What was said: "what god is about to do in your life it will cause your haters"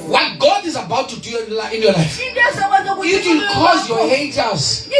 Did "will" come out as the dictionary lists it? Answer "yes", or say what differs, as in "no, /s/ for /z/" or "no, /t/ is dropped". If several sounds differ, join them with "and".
no, /n/ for /l/